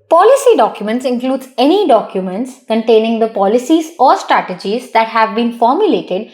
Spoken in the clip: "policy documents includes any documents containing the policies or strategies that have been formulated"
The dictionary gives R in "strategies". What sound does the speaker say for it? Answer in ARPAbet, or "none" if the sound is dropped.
R